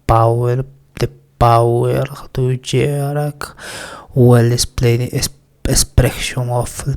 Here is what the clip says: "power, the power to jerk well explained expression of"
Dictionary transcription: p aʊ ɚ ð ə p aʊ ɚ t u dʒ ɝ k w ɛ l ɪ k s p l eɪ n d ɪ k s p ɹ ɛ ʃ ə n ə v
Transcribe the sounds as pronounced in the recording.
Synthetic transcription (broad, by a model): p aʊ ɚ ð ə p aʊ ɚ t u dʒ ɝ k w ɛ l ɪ s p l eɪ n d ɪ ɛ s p ɹ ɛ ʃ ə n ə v